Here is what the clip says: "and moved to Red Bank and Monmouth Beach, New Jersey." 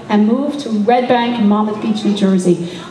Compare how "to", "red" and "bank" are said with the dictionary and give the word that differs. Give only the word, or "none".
none